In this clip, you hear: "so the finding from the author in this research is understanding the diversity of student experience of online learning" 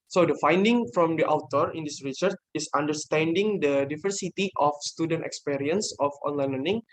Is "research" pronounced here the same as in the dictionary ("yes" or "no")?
yes